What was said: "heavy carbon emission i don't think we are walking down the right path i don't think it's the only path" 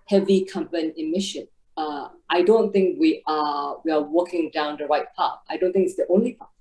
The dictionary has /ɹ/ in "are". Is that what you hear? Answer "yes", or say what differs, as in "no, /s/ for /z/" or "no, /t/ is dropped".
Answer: no, /w/ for /ɹ/